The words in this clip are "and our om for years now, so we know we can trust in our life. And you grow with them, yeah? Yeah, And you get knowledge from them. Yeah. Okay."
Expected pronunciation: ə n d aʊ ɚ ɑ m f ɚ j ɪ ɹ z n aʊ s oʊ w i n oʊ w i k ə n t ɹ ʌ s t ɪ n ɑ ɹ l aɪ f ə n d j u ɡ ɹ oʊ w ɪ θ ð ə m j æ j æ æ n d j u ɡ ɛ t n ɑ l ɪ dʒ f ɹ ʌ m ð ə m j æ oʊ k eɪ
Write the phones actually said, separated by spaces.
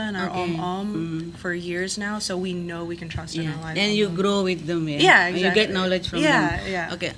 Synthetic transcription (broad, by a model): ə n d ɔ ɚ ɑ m f ɚ j ɪ ɹ z n aʊ s oʊ w i n oʊ w i k n t ɹ ʌ s t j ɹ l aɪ ə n j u ɡ ɹ oʊ w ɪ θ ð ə m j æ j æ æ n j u ɡ ɛ t n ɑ l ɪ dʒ f ɹ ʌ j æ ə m j æ oʊ k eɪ